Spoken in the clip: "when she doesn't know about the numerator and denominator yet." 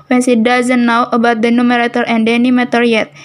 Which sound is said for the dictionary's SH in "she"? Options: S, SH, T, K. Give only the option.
S